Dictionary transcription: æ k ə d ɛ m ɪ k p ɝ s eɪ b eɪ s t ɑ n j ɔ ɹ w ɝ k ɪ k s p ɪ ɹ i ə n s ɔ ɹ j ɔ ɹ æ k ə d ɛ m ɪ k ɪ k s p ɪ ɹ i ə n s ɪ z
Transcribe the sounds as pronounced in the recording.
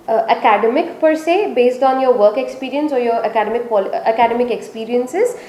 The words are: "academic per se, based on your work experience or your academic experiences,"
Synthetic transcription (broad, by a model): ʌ k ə d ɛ m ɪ k p ɝ s eɪ b eɪ s t ɑ n j ɔ ɹ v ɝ k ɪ k s p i ɹ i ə n s ɔ ɹ j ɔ ɹ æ k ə d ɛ m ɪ k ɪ k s p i ɹ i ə n s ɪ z